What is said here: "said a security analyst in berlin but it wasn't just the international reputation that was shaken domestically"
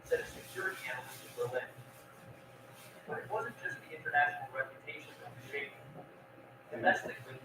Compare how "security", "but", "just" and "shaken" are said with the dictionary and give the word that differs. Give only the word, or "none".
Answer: shaken